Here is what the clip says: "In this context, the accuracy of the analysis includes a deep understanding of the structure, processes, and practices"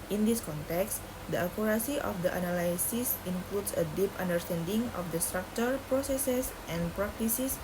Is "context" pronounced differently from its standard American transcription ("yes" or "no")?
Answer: no